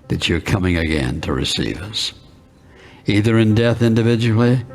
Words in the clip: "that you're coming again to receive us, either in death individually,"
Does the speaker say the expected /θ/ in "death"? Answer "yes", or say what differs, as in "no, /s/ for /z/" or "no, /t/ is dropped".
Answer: yes